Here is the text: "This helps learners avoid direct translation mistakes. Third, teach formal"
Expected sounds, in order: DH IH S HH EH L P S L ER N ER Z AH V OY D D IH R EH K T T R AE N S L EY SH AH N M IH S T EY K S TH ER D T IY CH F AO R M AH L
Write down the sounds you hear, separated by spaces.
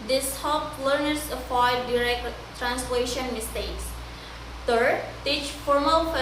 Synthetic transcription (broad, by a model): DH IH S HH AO P L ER N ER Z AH F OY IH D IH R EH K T T R AE N S L EY SH AH N M IH S T EY K S T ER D T IY CH F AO R M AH L